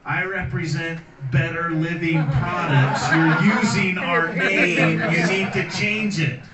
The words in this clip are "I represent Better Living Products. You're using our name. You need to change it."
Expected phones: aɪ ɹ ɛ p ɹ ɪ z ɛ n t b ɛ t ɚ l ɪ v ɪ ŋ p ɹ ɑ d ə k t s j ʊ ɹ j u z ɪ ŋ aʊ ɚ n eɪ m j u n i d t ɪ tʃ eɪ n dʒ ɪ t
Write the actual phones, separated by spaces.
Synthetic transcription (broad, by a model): aɪ ɹ ɛ p ɹ ɪ z ɛ n t b ɛ t ɚ l ɪ v ɪ ŋ p ɹ ɑ d ə k t s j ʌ ɹ j u z ɪ ŋ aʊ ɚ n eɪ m j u n i d t ɪ tʃ eɪ n dʒ ɪ t